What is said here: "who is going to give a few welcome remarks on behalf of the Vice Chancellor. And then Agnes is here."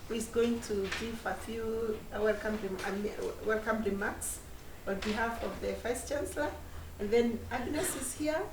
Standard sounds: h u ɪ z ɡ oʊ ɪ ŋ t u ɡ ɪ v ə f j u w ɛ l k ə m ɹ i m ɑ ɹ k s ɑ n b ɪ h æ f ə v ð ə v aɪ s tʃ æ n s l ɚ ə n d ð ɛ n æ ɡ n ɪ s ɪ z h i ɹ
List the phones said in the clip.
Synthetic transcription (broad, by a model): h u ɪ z ɡ oʊ ɪ ŋ t u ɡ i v ə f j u w ɛ l k ə m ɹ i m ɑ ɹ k s ɑ n b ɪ h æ f ə v ð ə f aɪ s tʃ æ n s l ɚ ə n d ð ɛ n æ ɡ n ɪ s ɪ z h i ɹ